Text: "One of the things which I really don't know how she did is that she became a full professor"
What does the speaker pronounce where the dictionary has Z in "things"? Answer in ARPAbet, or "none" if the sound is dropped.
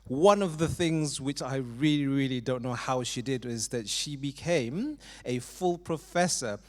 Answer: Z